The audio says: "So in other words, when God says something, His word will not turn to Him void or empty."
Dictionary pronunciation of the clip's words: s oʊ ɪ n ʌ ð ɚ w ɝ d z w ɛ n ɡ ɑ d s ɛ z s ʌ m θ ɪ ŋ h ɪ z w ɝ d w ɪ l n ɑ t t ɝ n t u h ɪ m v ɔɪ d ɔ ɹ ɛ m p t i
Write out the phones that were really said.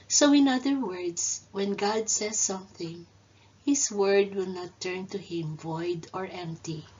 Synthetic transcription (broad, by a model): s oʊ ɪ n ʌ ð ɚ w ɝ d s w ɛ n ɡ ɑ d s ɛ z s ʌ m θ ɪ ŋ h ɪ s w ɝ d w ɪ l n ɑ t t ɝ n t u h ɪ m v ɔɪ d ɔ ɹ ɛ m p t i